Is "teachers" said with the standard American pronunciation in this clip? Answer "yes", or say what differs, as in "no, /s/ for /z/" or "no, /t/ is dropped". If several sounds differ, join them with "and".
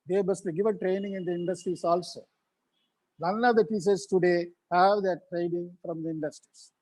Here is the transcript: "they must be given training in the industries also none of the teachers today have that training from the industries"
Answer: no, /s/ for /tʃ/